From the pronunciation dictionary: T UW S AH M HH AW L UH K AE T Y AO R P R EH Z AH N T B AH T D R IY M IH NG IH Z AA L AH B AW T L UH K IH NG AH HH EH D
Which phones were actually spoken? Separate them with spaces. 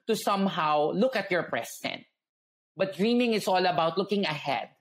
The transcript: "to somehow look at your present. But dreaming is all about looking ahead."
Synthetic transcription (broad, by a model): T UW S AH M HH AW L UH K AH T Y AO R P R EH S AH N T B AH T D R IY M IH NG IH S AA L AH B AW T L UH K IH NG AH HH EH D